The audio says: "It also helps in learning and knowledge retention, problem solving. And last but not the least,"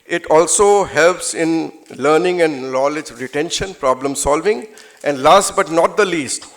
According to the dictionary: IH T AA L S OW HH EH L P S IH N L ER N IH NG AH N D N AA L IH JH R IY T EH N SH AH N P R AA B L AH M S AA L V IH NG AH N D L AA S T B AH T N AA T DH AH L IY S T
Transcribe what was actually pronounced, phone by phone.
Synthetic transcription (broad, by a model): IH T AA L S OW HH EH L P S IH N L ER N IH NG AH N D N AA L IH JH R IY T EH N SH AH N P R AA B L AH M S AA L V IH NG AH N D L AA S T B AH T N AA T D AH L IY S T